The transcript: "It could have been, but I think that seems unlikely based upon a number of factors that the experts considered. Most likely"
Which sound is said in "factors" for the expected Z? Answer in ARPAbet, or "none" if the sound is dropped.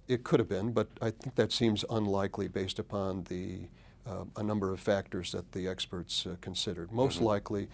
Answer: Z